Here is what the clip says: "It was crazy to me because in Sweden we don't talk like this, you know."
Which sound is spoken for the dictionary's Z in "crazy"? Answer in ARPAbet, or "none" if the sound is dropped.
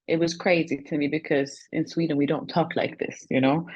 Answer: Z